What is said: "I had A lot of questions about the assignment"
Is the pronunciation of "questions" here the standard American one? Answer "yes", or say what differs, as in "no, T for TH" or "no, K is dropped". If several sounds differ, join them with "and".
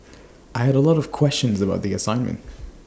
yes